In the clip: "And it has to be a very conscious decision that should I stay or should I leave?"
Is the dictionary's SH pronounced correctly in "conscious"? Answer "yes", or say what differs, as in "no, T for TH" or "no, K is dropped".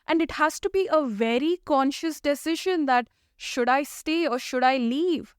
yes